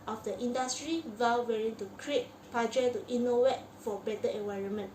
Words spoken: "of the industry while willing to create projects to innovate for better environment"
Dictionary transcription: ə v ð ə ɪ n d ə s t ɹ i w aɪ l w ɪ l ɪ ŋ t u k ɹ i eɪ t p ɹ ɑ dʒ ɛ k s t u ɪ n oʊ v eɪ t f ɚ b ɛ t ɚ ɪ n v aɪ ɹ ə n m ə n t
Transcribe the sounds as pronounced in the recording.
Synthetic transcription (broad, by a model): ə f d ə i n d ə s t ɹ i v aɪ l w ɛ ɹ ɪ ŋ t u k ɹ i eɪ t p ɑ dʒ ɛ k t u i n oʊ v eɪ t f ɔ b ɛ t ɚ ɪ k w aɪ ɹ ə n m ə n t